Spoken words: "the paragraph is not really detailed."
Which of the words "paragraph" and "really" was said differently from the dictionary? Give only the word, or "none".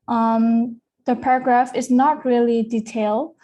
none